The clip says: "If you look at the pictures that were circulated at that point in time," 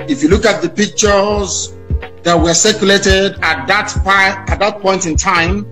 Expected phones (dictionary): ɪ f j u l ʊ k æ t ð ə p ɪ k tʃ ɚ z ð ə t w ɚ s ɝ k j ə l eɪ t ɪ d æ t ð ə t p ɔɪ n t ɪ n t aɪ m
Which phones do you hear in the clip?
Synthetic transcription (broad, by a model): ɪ f j u l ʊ k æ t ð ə p ɪ k tʃ ɚ z ð ə t w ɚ s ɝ k j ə l eɪ t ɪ d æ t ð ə t p ɔɪ n t ɪ n t aɪ m